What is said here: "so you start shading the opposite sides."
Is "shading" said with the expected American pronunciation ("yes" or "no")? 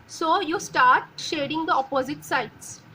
yes